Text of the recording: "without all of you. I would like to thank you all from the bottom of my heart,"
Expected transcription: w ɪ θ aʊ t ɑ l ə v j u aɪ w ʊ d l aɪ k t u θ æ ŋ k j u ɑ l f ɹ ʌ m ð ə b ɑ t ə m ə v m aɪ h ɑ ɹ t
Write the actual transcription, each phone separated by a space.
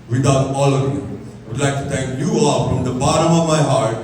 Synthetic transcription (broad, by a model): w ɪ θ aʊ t ɑ l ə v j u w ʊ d l aɪ k t u t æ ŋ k j u ɑ l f ɹ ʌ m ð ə b ɑ t ə m ə v m aɪ h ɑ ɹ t